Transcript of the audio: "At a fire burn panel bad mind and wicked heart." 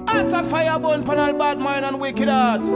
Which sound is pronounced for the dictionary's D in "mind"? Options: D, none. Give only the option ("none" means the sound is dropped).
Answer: none